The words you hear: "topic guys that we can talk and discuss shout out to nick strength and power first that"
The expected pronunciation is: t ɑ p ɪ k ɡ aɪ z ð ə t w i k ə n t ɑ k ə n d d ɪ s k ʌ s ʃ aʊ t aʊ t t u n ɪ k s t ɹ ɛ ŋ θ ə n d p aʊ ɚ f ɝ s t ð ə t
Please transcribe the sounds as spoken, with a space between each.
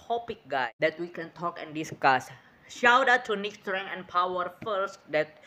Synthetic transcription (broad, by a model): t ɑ p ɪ k ɡ aɪ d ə t w i k ə n t ɑ k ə n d d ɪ s k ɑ s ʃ aʊ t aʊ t t u n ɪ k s t ɹ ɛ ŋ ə n p aʊ ɚ f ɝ s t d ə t